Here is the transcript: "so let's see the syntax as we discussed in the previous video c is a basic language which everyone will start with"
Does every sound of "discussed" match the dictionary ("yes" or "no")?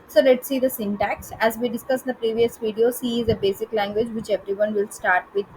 no